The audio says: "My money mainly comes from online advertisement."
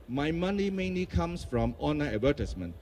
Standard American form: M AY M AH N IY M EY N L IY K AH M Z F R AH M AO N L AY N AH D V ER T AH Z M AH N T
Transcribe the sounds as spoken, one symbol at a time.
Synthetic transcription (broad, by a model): M AY M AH N IY M EY N L IY K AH M S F R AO M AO N AY AH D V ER T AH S M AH N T